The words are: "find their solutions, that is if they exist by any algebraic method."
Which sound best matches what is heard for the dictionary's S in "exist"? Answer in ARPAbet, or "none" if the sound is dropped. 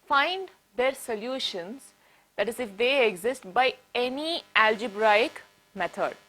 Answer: S